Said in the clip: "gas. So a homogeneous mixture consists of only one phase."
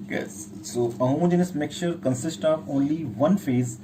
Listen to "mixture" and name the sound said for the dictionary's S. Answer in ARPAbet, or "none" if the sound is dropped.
none